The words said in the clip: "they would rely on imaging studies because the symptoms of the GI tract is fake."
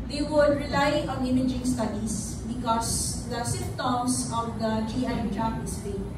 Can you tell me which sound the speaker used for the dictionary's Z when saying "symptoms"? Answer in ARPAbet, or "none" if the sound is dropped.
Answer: S